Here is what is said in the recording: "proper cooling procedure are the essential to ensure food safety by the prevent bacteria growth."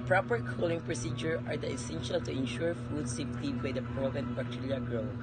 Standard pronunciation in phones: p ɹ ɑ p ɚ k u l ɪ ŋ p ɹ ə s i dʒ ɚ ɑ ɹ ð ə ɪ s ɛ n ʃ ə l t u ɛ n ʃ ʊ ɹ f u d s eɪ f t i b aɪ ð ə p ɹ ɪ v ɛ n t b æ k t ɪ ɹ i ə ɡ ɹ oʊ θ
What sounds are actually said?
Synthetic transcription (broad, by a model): p ɹ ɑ p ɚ k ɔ l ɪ ŋ p ɹ ə s i dʒ ɚ ɑ ɹ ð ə ɪ s ɛ n ʃ ə l t u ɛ n ʃ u ɹ f u d s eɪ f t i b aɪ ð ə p ɹ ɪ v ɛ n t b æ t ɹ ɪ l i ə ɡ ɹ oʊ